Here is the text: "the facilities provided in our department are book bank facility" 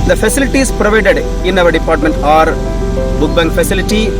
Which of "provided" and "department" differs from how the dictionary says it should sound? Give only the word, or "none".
none